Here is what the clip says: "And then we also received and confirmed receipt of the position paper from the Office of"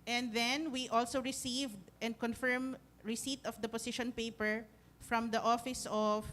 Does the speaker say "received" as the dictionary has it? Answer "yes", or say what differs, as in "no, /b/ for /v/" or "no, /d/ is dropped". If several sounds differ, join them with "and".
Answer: yes